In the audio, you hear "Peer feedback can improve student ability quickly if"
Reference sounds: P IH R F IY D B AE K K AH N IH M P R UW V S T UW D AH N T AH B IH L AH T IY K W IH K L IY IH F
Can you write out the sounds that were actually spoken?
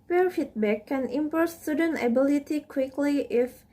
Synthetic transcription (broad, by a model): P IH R F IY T B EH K K AH N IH M P AO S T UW D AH N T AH B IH L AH T IY K W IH K L IY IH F